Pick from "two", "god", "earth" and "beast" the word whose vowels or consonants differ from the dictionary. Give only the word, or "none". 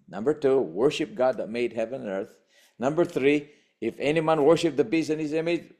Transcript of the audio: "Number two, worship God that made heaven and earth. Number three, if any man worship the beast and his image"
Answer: beast